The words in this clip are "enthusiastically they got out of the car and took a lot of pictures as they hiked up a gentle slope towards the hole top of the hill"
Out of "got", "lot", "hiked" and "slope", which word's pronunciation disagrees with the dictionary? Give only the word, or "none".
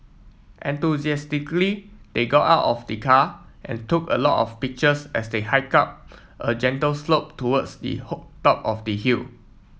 hiked